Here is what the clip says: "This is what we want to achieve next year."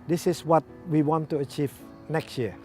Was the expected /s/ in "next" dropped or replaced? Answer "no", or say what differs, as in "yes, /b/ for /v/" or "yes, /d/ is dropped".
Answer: no